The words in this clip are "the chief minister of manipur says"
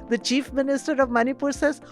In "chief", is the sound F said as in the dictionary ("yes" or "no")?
yes